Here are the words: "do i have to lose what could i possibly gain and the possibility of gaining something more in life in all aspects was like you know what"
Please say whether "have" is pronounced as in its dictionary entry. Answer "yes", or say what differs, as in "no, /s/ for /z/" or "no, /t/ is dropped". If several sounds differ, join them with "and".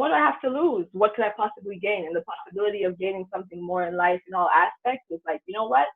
no, /f/ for /v/